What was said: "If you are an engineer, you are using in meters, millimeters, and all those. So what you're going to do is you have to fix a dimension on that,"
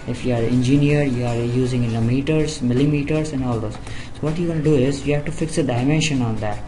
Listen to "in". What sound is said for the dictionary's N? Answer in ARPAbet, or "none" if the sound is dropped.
L